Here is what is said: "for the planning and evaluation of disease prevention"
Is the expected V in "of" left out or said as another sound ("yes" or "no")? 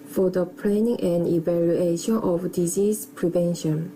yes